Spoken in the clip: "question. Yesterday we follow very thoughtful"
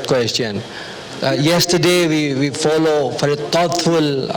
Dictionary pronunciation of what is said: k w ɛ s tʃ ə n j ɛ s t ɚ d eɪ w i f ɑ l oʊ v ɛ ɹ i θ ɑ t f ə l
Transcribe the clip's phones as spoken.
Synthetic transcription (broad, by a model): k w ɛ s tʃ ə n j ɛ s t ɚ d eɪ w i f ɑ l oʊ f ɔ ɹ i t ɑ t f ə l